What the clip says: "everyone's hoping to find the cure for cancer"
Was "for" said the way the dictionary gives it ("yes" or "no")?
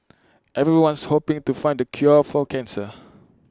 no